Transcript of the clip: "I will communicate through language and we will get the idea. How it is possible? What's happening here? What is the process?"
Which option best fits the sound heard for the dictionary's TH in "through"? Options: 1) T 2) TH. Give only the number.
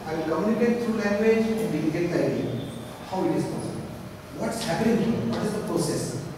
1